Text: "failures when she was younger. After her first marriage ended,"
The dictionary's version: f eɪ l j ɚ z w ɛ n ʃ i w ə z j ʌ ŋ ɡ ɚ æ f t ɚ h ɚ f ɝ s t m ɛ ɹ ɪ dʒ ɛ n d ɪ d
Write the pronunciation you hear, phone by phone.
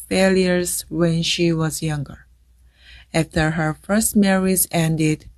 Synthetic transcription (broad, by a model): f eɪ l j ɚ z w ɛ n ʃ i w ə z j ʌ ŋ ɡ ɚ æ f t ɚ h ɚ f ɝ s t m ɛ ɹ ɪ z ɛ n d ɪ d